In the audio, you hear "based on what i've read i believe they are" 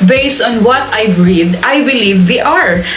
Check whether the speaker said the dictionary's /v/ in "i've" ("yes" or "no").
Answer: no